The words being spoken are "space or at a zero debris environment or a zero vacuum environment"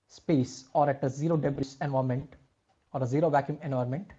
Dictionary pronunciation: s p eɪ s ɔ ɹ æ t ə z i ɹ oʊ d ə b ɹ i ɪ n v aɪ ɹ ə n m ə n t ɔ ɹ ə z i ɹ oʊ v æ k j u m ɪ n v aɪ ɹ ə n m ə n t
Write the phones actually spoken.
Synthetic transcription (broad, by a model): s p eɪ s ɔ ɹ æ t ə z i ɹ oʊ d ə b ɹ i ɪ n v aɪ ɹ m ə n t ɔ ɹ ə z i ɹ oʊ v æ k j u m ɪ n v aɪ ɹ m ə n t